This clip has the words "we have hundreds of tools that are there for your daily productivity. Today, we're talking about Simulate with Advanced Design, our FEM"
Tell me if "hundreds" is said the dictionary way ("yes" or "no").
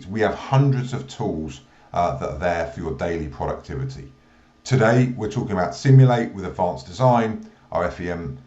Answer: yes